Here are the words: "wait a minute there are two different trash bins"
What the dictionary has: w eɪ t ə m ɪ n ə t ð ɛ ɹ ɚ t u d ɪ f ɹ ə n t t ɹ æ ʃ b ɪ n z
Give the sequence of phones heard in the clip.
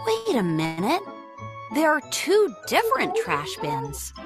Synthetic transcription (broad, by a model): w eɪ t ə m ɪ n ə t ð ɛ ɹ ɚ t u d ɪ f ɹ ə n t t ɹ æ ʃ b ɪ n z